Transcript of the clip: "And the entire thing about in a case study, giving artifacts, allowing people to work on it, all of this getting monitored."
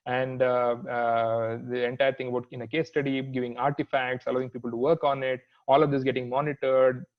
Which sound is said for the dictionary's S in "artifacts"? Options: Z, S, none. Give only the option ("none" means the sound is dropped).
S